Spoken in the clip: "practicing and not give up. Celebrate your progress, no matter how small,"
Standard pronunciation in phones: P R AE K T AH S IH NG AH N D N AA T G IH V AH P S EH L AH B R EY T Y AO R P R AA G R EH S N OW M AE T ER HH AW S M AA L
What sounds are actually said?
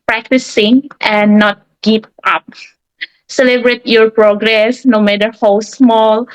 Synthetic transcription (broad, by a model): P R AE K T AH S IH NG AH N N AA T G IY P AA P S EH L AH B R EY T Y AO R P R AA G R EH S N OW M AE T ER HH AW S M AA L